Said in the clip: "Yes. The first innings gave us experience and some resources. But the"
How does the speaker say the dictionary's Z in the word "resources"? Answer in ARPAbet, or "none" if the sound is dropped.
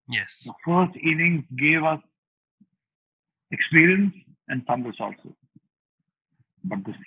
none